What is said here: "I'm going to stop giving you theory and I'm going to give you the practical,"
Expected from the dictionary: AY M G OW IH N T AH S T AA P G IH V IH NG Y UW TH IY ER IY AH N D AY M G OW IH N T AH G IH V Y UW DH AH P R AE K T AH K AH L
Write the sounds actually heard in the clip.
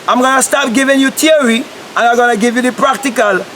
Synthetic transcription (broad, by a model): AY M G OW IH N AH S T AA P G IH V IH NG Y UW T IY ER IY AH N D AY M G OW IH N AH G IH V Y UW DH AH P R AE K T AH K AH L